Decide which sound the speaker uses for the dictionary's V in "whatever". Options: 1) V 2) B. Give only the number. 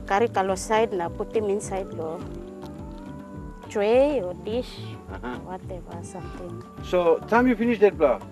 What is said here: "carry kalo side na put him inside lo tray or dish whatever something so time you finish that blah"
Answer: 2